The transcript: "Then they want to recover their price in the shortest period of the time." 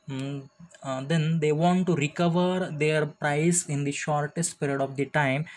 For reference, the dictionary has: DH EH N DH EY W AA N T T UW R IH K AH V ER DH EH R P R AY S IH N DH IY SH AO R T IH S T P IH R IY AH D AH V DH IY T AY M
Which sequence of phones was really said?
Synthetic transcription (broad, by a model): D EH N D EY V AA N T T UW R IH K AH V ER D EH R P R AY S IH N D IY SH AO R T IH S T P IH R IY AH D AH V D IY T AY M